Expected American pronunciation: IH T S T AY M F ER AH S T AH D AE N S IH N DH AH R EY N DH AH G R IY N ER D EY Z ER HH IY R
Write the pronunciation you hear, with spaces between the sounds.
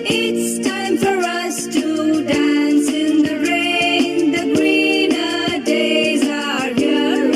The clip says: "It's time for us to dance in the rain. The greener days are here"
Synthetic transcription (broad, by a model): IH T S T AY M F ER AH S T AH D AE N S IH N DH AH R EY N DH AH G R IY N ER D EY Z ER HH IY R